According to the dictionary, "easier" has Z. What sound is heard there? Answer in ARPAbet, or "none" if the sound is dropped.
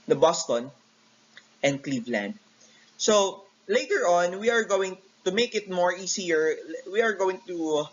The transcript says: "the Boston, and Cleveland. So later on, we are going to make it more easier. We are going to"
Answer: S